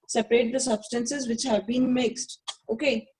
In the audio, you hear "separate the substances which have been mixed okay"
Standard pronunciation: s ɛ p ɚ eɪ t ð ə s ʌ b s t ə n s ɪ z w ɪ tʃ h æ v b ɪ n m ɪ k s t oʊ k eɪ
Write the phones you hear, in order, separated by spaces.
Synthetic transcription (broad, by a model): s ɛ p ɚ eɪ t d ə s ʌ b s t ə n s ɪ z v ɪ tʃ h æ v b ɪ n m ɪ k s t oʊ k eɪ